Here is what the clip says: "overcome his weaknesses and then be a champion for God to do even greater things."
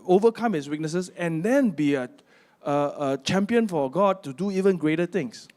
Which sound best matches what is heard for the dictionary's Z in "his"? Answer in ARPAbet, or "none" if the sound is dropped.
S